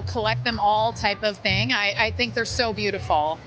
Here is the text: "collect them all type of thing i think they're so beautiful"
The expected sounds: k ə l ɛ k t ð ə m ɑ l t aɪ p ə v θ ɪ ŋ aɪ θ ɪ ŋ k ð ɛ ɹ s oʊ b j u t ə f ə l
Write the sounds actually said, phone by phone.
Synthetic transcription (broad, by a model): k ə l ɛ k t ð ə m ɑ l t aɪ p ə v θ ɪ ŋ aɪ θ ɪ ŋ k ð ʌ ɹ s oʊ b j u t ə f l